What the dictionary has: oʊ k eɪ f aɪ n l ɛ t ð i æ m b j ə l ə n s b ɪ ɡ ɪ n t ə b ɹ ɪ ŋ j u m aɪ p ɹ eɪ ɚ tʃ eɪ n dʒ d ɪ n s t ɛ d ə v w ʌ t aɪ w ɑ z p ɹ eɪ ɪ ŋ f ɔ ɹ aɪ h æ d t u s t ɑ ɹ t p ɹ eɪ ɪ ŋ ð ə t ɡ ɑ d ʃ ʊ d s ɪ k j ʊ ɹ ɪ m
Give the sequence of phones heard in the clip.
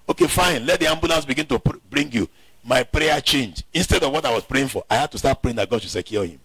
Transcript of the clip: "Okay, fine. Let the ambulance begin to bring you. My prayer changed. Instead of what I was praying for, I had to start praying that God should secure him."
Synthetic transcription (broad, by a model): oʊ k eɪ f aɪ n l ɛ t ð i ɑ m b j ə l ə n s b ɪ ɡ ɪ n t ə b ɹ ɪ ŋ j u m aɪ p ɹ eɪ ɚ tʃ eɪ n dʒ ɪ n s t ɛ d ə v w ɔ t aɪ w ɑ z p ɹ eɪ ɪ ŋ f ɔ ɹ aɪ h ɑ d t u s t ɑ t p ɹ eɪ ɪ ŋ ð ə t ɡ ɑ d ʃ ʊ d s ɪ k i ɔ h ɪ m